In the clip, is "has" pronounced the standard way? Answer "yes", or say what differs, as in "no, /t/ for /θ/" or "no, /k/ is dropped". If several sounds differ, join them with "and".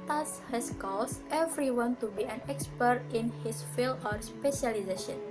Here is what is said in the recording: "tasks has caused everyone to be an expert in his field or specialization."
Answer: no, /s/ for /z/